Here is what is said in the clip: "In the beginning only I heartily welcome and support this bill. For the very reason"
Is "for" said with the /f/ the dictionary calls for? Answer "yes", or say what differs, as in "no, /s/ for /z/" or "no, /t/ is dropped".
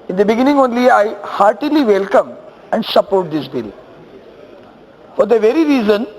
yes